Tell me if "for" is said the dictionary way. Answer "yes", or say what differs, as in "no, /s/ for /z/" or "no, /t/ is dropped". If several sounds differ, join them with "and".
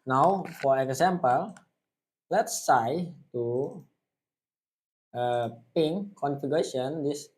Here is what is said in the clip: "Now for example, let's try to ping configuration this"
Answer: yes